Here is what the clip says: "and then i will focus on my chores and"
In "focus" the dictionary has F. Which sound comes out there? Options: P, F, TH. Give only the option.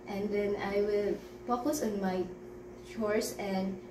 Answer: P